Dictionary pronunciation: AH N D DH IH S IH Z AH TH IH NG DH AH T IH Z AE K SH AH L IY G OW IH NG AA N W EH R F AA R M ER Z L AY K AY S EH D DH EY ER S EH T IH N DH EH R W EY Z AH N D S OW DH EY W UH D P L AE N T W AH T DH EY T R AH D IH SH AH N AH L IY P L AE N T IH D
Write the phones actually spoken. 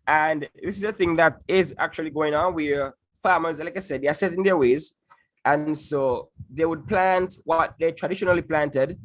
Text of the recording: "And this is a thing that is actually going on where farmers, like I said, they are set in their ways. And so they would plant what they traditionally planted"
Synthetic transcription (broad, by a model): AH N DH IH S IH Z AH TH IH NG DH AH T IH Z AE K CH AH L IY G OW IH NG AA N W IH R F AA R M ER Z L AY K AY S EH D DH EY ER S EH T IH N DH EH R W EY Z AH N S OW DH EY W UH D P L AE N T W AH T DH EY T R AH D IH SH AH N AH L IY P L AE N T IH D